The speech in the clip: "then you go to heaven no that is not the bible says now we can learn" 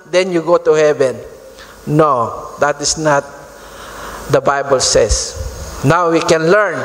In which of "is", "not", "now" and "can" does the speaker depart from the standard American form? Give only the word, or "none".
is